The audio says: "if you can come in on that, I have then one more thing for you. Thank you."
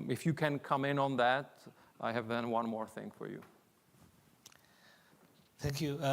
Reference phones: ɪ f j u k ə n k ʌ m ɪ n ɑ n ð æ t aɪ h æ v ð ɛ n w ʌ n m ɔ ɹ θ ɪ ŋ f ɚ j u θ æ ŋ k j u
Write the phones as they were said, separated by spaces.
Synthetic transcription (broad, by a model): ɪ f j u k ə n k ʌ m ɪ n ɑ n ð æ t aɪ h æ v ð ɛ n w ʌ n m ɔ ɹ θ ɪ ŋ f ɚ j u θ æ ŋ k j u